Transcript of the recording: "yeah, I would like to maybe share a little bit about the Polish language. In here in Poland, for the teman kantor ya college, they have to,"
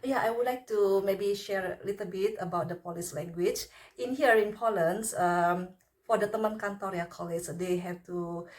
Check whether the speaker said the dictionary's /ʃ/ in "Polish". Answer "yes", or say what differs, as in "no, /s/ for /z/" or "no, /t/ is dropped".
no, /s/ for /ʃ/